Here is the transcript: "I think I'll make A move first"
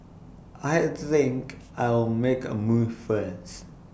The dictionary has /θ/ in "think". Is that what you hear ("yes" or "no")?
yes